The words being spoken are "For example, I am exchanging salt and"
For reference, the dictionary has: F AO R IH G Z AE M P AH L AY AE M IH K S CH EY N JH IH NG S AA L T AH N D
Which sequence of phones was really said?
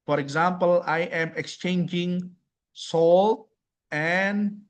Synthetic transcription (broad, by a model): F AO R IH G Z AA M P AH L AY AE M IH K S CH EY N JH IH NG S AA L T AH N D